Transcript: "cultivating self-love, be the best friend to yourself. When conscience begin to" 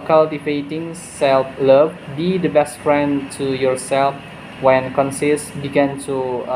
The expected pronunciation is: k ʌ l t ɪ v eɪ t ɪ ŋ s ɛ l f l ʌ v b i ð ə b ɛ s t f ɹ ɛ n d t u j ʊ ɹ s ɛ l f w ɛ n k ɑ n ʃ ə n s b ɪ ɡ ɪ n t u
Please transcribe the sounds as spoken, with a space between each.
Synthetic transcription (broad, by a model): k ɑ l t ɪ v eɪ t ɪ ŋ s ɛ l f l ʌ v b i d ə b ɛ s t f ɹ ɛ n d t u j ʊ ɹ s ɛ l f w ɛ n k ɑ n s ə s b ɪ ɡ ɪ n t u